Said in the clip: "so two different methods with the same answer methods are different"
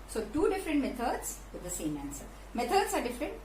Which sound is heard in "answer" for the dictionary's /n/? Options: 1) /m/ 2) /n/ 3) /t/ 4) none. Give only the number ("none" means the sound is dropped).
2